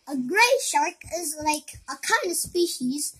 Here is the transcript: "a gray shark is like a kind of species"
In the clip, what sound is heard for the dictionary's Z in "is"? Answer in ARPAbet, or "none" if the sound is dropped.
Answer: Z